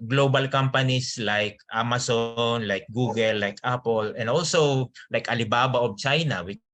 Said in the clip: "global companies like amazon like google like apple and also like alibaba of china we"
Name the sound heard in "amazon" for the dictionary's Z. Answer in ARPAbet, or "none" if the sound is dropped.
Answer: S